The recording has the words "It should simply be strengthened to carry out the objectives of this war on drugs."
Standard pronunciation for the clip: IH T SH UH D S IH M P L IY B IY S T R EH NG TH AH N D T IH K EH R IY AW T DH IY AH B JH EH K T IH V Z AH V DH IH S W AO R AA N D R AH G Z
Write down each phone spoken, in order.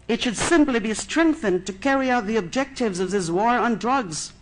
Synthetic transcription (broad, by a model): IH T SH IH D S IH M P L IY B IY S T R EH NG TH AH N T IH K EH R IY AW T DH IY AH B JH EH K T IH V Z AH V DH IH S W AO R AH N D R AH G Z